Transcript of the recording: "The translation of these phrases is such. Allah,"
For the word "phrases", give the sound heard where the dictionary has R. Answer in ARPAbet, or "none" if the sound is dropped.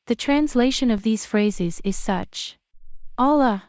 R